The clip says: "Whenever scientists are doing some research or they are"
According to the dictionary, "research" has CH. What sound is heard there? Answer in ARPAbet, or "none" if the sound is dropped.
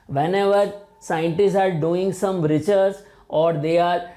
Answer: S